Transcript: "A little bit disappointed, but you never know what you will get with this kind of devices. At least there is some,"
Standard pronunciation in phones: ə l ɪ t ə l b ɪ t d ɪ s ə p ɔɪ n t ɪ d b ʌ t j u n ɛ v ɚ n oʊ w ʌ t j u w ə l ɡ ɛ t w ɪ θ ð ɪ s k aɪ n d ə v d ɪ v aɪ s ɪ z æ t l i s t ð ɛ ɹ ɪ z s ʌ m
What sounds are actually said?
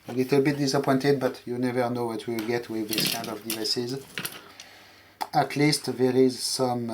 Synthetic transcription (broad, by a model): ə l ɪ t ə l b ɪ t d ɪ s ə p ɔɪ n t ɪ d b ʌ t j u n ɛ v ɚ n oʊ w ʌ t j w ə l ɡ ɛ t w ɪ ð ɪ s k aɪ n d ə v d ɪ v aɪ s ɪ z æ t l i s t ð ɛ ɹ ɪ z s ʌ m